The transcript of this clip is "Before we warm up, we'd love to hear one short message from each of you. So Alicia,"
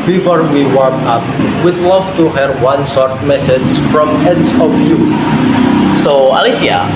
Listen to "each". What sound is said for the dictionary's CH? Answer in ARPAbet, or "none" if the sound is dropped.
S